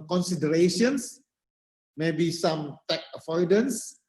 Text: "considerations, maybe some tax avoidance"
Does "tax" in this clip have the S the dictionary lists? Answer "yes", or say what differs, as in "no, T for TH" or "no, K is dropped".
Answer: no, S is dropped